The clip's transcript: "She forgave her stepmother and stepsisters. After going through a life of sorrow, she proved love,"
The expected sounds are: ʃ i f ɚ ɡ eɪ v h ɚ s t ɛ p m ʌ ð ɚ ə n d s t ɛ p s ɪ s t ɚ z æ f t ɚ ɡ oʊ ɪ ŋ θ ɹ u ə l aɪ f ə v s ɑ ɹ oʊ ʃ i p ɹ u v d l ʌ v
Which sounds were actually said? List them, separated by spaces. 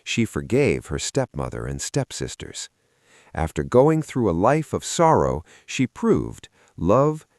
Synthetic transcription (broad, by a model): ʃ i f ɚ ɡ eɪ v h ɚ s t ɛ p m ʌ ð ɚ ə n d s t ɛ p s ɪ s t ɚ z æ f t ɚ ɡ oʊ ɪ ŋ θ ɹ u ə l aɪ f ə v s ɑ ɹ oʊ ʃ i p ɹ u v d l ʌ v